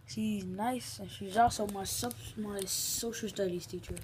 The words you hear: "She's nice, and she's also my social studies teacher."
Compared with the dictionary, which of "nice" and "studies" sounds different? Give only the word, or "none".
studies